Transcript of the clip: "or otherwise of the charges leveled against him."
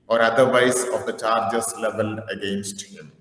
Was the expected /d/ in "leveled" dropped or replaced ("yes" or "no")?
yes